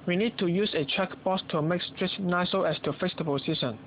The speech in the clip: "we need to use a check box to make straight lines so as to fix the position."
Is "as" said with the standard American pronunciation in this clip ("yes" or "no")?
no